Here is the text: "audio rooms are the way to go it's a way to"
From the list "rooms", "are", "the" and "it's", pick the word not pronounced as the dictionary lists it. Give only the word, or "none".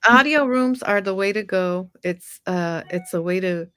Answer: none